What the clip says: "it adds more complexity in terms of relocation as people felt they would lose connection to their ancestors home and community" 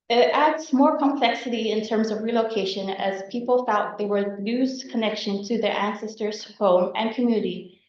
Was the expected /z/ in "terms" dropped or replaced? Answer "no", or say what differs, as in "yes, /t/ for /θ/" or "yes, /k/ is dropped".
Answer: no